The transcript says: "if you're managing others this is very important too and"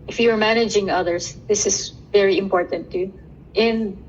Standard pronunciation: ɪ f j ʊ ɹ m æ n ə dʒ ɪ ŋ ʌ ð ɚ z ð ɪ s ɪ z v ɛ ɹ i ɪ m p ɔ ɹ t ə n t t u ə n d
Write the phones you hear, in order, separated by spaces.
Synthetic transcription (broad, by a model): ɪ f j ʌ ɹ m æ n ə dʒ ɪ ŋ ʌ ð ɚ s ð ɪ s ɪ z v ɛ ɹ i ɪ m p ɔ ɹ t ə n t t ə n